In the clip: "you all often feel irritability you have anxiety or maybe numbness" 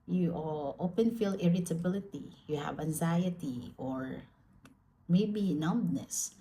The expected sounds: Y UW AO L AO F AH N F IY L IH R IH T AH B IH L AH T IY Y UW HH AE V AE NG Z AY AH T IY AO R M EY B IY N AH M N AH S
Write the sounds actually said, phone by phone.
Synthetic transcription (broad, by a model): Y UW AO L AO P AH N F IY L IH R IH T AH B IH L AH T IY Y UW HH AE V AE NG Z AY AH T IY AO R M EY B IY N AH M N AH S